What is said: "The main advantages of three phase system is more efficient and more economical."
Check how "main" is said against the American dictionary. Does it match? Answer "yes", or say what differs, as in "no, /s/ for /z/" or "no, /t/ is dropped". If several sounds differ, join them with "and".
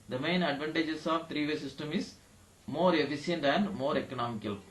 yes